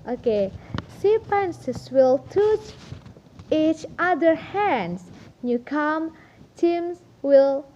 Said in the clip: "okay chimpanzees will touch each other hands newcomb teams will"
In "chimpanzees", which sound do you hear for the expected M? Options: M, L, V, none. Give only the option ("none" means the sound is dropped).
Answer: none